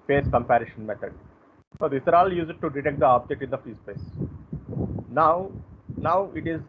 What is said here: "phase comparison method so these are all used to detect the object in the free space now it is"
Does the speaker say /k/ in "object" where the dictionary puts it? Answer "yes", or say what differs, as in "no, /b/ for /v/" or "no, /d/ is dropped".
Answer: no, /k/ is dropped